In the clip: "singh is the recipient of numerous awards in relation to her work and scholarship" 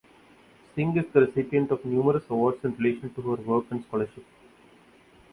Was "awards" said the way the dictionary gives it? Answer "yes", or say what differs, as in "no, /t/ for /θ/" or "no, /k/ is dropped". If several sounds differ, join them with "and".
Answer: no, /s/ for /z/